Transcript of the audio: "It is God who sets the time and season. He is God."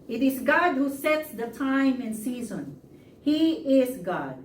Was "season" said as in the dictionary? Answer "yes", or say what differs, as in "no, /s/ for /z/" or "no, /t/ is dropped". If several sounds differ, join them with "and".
yes